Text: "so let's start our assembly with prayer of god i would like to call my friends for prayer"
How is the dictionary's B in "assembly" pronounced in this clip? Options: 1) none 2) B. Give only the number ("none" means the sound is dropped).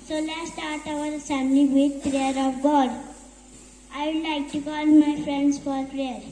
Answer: 1